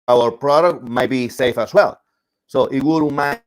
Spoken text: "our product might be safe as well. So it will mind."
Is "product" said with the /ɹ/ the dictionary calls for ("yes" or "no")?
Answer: yes